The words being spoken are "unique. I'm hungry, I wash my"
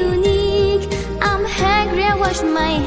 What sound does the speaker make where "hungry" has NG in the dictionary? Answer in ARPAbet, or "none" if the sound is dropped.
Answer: none